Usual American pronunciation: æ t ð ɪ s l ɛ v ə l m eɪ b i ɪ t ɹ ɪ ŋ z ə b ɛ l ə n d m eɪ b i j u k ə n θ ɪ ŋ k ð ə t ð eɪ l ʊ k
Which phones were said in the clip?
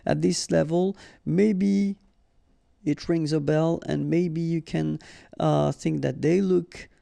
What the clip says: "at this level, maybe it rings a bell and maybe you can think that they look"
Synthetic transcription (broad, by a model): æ t ð ɪ s l ɛ v ə l m eɪ b i ɪ t ɹ ɪ ŋ z ə b ɛ l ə n m eɪ b i j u k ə n θ ɪ ŋ k ð ə t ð eɪ l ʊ k